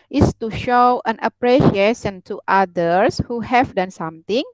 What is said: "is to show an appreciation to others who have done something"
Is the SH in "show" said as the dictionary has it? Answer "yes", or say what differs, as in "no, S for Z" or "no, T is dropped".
yes